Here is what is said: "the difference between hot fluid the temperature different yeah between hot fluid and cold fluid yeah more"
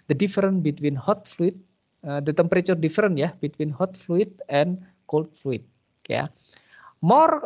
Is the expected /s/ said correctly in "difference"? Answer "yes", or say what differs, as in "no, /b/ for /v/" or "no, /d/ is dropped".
no, /s/ is dropped